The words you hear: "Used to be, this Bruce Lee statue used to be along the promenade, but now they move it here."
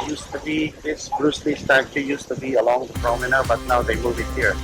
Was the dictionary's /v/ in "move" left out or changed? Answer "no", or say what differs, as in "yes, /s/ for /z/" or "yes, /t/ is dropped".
yes, /b/ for /v/